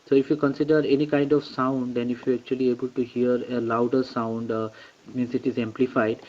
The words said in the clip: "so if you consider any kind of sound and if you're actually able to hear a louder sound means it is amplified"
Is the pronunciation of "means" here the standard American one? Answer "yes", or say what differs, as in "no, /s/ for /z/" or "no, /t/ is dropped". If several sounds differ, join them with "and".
no, /s/ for /z/